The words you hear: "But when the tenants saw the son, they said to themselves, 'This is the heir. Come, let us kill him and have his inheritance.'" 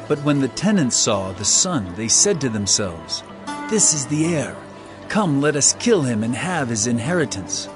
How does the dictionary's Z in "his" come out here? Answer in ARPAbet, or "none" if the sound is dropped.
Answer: Z